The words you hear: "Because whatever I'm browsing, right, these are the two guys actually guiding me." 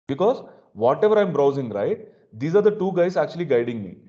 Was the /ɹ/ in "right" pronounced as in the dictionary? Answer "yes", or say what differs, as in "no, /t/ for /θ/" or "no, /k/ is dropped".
yes